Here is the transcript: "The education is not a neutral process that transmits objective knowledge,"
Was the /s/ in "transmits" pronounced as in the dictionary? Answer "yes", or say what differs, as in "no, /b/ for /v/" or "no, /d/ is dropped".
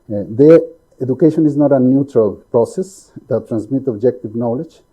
no, /s/ is dropped